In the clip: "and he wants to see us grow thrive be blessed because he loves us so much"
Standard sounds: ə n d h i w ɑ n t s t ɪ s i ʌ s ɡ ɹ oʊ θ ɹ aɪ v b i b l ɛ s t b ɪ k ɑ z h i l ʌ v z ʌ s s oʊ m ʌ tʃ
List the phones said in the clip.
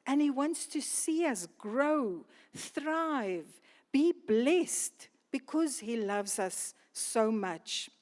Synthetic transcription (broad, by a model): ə n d h i w ɑ n t s t ɪ s i ʌ s ɡ ɹ oʊ θ ɹ aɪ v b i b l ɛ s t b ɪ k ɑ z h i l ʌ v z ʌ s s oʊ m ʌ tʃ